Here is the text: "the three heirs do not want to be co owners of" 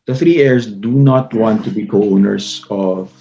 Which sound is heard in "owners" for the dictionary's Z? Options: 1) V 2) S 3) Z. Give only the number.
2